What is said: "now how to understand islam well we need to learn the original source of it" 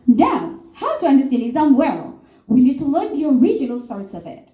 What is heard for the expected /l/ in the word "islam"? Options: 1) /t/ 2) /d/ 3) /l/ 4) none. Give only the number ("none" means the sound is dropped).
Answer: 4